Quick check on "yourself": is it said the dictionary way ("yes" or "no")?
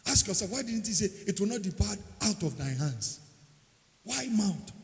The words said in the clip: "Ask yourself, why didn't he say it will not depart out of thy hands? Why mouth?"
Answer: no